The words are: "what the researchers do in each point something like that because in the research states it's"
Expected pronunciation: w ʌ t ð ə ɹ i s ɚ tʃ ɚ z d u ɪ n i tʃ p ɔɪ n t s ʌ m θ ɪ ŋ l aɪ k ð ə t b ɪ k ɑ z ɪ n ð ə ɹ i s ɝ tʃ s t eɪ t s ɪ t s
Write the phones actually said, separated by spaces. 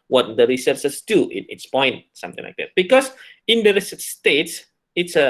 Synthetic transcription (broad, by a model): w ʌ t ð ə ɹ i s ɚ s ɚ s d u ɪ n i s p ɔɪ n t s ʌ m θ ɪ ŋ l aɪ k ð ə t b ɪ k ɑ s ɪ n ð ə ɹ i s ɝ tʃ s t eɪ t s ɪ t s